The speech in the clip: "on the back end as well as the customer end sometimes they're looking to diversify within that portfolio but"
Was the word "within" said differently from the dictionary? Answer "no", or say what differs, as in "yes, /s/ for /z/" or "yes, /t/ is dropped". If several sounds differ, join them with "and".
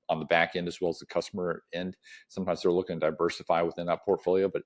no